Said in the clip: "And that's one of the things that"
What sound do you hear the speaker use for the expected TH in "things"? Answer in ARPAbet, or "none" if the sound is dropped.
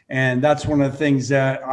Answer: TH